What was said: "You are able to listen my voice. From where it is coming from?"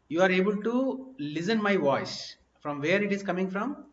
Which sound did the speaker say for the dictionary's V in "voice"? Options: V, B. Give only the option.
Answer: V